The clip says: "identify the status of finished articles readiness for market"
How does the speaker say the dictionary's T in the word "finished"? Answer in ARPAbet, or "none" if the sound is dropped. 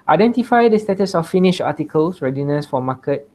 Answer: none